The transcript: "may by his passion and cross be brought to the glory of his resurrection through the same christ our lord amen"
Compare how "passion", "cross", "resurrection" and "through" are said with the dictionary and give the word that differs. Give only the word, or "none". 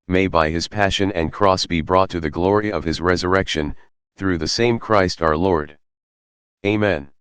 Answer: none